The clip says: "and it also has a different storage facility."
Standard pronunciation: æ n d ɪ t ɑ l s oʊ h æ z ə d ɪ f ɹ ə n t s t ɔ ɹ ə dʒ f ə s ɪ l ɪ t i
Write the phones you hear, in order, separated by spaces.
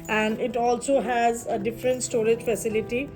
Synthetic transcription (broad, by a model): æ n d ɪ t ɑ l s oʊ h æ z ə d ɪ f ɹ ə n t s t ɔ ɹ ə dʒ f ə s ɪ l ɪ t i